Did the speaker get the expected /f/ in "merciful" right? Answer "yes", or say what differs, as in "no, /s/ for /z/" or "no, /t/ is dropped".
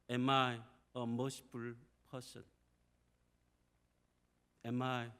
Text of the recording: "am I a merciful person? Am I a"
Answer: no, /p/ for /f/